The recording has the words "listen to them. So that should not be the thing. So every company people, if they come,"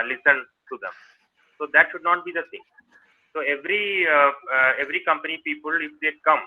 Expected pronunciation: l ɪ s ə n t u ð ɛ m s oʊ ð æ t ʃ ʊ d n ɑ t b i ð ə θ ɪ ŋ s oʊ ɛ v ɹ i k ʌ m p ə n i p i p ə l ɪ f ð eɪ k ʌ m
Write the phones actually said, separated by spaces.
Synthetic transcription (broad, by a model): l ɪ s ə n t u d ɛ m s oʊ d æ t ʃ ʊ d n ɑ t b i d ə t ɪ ŋ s oʊ ɛ v ɹ i k ʌ m p ə n i p i p ə l ɪ f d eɪ k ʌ m